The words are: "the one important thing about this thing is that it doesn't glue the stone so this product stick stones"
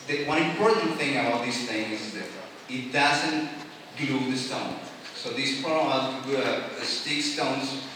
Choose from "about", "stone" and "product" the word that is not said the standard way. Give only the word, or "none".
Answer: product